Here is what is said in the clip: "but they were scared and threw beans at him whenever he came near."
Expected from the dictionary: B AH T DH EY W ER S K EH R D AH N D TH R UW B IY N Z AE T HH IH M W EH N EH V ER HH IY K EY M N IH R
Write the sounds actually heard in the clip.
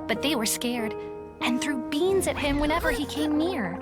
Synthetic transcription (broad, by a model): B AH T DH EY W ER S K EH R D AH N TH R UW B IY N Z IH T HH IH M W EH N EH V ER IY K EY M N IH R